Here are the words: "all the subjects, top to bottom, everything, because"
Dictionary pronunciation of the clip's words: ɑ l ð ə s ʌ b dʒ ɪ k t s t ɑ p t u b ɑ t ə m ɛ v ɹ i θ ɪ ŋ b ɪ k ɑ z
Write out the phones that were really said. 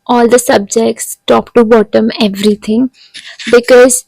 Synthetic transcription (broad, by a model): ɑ l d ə s ʌ b dʒ ɪ k t s t ɑ p t u b ɑ t ə m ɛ v ɹ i t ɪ ŋ b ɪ k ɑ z